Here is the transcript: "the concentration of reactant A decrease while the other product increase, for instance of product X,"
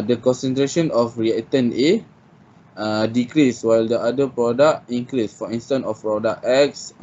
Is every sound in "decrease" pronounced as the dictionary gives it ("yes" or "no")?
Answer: yes